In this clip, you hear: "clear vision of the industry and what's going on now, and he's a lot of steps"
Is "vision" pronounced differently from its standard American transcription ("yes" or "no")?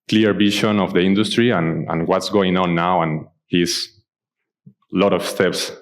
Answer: yes